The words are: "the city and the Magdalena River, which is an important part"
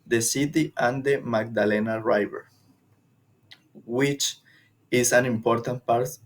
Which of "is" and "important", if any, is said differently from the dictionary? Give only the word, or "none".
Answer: is